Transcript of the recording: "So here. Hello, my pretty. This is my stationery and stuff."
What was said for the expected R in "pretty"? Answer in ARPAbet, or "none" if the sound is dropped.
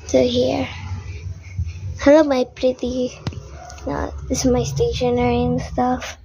R